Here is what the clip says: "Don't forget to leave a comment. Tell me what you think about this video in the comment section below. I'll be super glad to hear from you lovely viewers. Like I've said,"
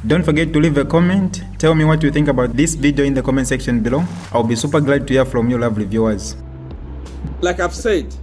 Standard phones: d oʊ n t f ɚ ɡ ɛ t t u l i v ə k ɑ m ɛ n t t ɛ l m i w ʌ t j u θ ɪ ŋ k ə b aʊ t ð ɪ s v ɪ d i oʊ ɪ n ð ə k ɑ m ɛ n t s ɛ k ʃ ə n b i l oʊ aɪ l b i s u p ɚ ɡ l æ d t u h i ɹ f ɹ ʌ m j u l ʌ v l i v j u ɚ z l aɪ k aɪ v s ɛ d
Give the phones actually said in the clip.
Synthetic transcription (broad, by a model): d oʊ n t f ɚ ɡ ɛ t t u l i v ə k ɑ m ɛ n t t ɛ l m i w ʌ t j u θ ɪ ŋ k ə b aʊ t ð ɪ s v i d i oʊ ɪ n ð ə k ɑ m ɛ n t s ɛ k ʃ ə n b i l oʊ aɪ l b i s u p ɚ ɡ l æ d t u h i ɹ f ɹ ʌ m j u l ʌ v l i v j u ɚ z l aɪ k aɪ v s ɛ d